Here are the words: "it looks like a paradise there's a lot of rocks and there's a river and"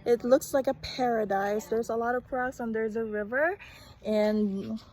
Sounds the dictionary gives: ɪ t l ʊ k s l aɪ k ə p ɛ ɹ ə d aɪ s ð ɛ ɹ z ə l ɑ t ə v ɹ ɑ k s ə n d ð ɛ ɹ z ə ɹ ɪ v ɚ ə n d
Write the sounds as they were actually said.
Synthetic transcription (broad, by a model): ɪ t l ʊ k s l aɪ k ə p ɛ ɹ ə d aɪ s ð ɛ ɹ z ə l ɑ t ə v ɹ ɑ s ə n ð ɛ ɹ z ə ɹ ɪ v ɚ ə n